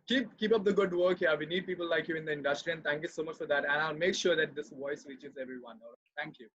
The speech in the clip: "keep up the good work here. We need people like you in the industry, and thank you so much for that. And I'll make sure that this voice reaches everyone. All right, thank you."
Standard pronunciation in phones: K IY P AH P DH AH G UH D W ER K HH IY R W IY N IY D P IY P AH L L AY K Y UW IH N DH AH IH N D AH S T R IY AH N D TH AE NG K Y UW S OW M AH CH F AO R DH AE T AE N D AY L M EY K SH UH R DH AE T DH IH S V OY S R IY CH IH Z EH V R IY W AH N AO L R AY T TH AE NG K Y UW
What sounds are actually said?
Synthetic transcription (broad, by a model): K IY P AH P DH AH G UH D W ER K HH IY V IY N IY D P IY P AH L L AY K Y UW IH N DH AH IH N D AH S T R IY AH N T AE NG K Y UW S OW M AH CH F AO R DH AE T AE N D AY L M EY K SH UH R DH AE T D IH S V OY S R IY CH IH Z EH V R IY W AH N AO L R AY T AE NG K Y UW